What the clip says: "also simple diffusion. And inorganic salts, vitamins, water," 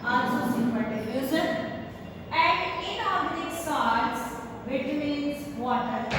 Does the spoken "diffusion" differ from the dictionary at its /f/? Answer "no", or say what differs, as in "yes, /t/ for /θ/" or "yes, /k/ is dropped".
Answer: yes, /f/ is dropped